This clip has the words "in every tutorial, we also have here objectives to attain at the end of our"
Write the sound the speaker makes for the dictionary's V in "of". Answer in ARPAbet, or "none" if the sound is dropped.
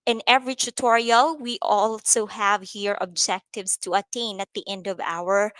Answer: V